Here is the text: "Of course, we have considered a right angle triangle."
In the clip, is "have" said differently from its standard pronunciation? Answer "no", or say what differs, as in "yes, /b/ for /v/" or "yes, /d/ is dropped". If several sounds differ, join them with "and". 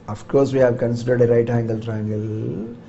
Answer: no